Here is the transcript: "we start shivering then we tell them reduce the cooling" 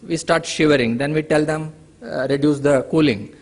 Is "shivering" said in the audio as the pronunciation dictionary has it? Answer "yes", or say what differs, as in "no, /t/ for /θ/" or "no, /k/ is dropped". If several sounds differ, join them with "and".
yes